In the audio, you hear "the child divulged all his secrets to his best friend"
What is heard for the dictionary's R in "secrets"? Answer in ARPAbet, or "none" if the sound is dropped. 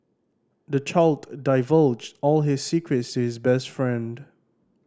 R